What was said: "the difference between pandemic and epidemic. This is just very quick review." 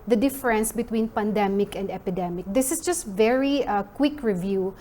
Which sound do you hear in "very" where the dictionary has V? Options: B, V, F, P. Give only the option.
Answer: V